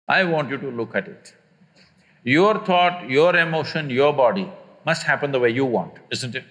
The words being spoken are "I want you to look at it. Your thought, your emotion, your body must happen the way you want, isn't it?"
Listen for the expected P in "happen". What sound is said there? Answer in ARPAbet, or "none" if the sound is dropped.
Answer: P